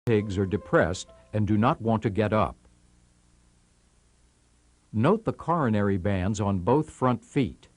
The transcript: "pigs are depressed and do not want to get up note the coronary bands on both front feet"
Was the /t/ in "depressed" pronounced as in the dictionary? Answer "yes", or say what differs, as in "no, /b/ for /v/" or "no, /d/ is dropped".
yes